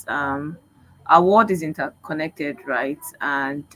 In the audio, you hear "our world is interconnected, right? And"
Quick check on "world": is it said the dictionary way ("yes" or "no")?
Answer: no